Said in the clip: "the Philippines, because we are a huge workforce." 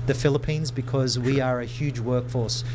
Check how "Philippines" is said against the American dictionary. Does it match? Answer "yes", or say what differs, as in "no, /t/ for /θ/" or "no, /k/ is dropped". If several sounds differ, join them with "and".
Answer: yes